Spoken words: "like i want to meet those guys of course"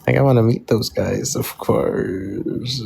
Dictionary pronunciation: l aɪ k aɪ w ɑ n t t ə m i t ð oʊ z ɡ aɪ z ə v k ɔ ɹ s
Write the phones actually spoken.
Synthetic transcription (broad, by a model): l aɪ k aɪ w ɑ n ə m i t ð oʊ z ɡ aɪ z ə v k ɔ ɹ s